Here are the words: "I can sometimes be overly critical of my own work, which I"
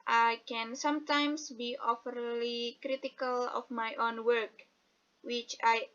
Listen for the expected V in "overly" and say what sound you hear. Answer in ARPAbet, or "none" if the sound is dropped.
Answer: F